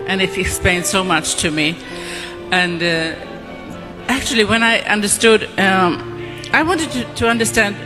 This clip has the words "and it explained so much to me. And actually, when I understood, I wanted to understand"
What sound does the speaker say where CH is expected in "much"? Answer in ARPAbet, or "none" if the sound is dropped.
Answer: CH